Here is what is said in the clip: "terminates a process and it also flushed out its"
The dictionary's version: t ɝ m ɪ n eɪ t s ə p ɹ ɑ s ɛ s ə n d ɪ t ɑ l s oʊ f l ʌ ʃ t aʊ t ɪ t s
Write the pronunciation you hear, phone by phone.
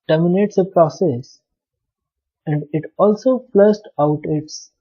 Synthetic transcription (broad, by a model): t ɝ m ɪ n eɪ t s ə p ɹ ɑ s ɛ s ə n d ɪ t ɑ l s oʊ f l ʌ s t aʊ t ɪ t s